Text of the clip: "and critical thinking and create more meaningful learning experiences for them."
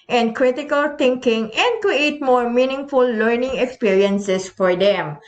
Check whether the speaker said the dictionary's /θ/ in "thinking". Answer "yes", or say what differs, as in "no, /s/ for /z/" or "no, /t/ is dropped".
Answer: no, /t/ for /θ/